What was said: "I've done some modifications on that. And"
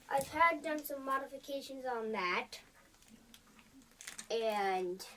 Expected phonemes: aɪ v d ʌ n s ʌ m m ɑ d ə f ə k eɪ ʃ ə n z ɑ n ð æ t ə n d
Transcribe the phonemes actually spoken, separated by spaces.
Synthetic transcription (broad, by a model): aɪ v d ʌ n s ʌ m m ɑ d ə f ə k eɪ ʃ ə n z n ð æ t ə n